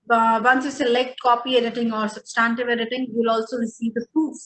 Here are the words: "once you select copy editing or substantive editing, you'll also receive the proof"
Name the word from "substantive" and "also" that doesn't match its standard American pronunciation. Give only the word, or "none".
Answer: none